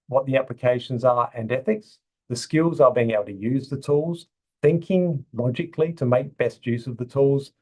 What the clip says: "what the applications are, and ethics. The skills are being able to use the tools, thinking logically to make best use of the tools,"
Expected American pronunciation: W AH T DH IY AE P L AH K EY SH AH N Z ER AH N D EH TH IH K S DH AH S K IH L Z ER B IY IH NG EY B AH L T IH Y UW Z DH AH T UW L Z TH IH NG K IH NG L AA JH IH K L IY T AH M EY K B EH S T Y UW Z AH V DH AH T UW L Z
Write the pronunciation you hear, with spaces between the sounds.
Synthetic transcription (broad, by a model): W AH T DH IY AE P L AH K EY SH AH N Z ER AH N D EH TH IH K S DH AH S K IH L Z ER B IY IH NG EY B L T IH Y UW Z DH AH T UW L Z TH IH NG K IH NG L AA JH IH K L IY T AH M EY K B EH S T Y UW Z AH V DH AH T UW L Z